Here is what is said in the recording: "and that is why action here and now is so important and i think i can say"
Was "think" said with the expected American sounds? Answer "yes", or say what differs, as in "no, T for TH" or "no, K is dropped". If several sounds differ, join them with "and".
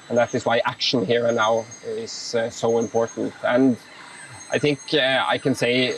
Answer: yes